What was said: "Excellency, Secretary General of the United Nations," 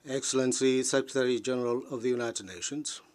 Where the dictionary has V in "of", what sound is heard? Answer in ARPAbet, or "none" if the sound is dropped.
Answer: V